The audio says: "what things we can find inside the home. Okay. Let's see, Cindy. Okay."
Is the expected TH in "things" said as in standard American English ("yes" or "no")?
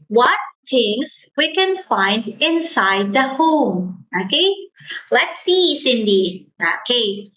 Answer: no